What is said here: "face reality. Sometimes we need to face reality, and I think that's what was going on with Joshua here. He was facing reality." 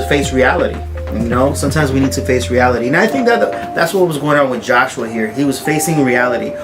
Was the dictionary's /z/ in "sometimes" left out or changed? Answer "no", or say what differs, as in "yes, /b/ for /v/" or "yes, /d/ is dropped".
no